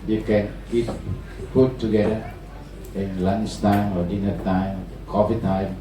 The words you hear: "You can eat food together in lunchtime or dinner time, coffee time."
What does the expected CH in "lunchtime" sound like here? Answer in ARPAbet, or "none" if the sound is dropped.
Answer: S